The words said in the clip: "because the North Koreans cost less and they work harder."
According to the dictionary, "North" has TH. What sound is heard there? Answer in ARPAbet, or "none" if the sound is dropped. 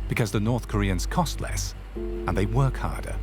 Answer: TH